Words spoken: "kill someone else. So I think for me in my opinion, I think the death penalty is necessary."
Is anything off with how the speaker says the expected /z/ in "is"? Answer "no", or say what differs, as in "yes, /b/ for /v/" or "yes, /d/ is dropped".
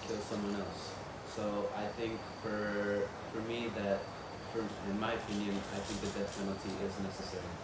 no